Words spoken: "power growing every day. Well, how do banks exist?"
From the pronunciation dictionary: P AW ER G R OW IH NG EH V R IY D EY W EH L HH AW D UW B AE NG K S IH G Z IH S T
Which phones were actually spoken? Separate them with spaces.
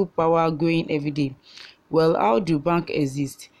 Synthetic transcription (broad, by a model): P AW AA G OW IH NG EH V R IY D EY W EH L HH AW D UW B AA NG K IH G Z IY S T